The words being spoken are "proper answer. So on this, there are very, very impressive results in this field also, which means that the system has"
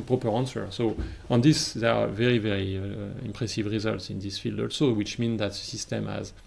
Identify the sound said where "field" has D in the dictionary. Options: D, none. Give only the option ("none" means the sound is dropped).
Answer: D